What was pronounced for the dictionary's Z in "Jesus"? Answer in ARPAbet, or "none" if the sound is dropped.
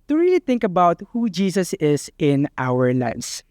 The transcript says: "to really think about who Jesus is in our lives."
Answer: S